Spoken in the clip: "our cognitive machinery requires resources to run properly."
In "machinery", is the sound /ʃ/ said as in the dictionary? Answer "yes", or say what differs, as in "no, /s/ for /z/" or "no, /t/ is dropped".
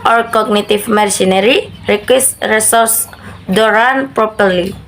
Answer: no, /s/ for /ʃ/